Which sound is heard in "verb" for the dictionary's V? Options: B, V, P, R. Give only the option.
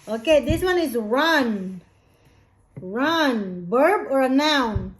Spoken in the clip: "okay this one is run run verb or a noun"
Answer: B